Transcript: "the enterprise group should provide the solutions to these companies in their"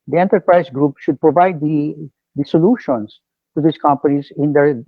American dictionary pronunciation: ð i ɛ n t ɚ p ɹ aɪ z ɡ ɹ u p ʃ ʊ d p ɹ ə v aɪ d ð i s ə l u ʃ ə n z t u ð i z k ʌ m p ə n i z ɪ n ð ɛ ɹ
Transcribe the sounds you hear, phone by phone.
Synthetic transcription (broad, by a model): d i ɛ n t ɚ p ɹ aɪ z ɡ ɹ u p ʃ ʊ d p ɹ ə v aɪ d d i s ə l u ʃ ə n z t u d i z k ʌ m p ə n i z ɪ n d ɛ ɹ